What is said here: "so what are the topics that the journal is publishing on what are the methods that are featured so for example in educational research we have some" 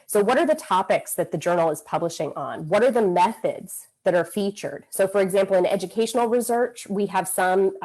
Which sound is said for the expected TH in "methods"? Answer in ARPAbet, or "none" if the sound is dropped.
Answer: TH